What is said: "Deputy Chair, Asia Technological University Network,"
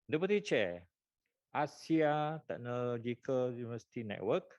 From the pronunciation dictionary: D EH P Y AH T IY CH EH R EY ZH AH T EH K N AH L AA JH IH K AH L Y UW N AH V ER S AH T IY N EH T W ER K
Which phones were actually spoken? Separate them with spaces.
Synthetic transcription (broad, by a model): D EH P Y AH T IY CH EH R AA S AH T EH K N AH L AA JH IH K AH L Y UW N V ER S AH T IY N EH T W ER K